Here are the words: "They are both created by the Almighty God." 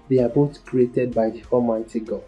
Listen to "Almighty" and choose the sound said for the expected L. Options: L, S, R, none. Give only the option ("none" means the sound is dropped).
none